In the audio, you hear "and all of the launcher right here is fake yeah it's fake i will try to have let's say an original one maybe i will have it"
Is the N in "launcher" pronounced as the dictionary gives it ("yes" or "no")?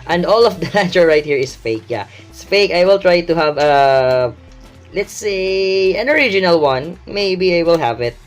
no